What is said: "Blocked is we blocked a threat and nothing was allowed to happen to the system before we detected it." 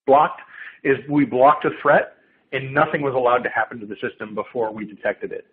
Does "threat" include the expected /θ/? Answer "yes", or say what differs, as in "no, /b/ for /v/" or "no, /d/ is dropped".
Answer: yes